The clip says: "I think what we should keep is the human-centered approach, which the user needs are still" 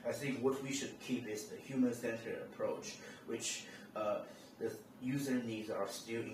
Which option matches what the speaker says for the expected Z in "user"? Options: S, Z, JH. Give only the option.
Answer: Z